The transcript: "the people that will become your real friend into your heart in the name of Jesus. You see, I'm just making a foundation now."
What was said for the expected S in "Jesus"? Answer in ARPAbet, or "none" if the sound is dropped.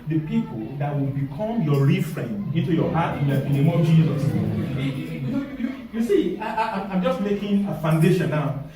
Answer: none